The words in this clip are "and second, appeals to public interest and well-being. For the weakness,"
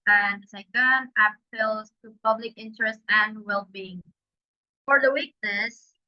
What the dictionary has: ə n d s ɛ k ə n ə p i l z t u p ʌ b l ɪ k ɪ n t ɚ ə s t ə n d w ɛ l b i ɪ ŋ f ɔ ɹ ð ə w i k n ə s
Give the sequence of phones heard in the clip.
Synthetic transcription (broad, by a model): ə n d s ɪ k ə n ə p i l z t u p ʌ b l ɪ k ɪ n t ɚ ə s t ə n d w ɛ l b i ɪ ŋ f ɔ ɹ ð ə w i k n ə s